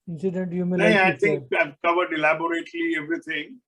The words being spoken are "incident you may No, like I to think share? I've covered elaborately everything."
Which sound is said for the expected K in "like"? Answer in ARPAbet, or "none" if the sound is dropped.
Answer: none